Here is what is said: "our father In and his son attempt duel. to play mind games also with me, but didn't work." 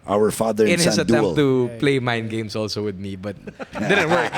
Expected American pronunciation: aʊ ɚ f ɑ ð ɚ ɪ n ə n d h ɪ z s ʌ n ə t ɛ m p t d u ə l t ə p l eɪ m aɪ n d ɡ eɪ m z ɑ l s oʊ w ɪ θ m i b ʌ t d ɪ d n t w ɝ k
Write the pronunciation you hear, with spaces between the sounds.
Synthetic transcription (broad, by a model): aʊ ɚ f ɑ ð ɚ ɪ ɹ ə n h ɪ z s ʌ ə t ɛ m t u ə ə p l eɪ m aɪ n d ɡ eɪ m s ɑ l s oʊ w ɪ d m i b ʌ t d ɪ d n t w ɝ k